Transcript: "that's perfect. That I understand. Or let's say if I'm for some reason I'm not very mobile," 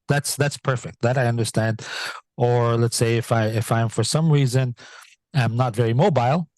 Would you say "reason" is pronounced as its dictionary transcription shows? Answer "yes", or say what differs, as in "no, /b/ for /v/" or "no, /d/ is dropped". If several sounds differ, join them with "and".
yes